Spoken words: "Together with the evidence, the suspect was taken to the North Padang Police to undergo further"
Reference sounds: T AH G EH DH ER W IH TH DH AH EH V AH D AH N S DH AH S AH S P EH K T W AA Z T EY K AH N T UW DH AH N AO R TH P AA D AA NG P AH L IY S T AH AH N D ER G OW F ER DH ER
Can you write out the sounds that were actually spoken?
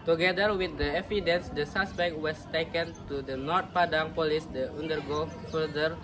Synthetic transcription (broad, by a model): T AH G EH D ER W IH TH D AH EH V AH D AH N S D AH S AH S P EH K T W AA S T EY K AH N T UW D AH N AO R T P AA D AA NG P AH L IY S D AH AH N D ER G OW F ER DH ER